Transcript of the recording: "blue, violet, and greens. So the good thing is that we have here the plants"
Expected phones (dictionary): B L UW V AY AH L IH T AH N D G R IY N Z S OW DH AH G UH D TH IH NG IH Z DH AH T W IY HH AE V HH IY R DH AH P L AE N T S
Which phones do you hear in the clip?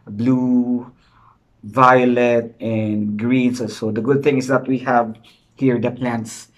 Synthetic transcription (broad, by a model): B L UW V AY AH L IH T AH N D G R IY N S S OW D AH G UH D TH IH NG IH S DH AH T W IY HH AE V HH IY R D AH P L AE N T S